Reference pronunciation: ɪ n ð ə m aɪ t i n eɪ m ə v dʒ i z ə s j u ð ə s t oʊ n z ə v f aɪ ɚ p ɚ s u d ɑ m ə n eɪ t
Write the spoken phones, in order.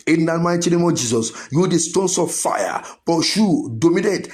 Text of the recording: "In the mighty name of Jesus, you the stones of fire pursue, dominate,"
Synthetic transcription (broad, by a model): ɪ n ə m aɪ t i n eɪ m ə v dʒ i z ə s j u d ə s t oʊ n s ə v f aɪ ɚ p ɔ ʃ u d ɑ m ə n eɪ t